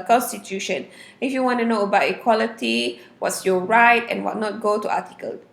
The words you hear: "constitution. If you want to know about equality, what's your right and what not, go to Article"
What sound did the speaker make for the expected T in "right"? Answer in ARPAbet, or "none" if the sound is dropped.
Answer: T